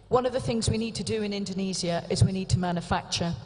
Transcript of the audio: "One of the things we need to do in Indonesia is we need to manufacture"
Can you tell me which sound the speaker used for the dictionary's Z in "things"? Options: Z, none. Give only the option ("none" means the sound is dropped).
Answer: Z